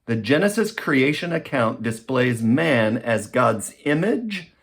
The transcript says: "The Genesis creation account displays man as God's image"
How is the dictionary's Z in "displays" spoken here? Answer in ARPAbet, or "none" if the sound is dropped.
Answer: Z